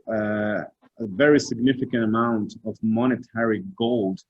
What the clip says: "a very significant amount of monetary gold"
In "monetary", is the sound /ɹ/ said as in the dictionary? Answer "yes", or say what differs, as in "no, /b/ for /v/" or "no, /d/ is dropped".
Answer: yes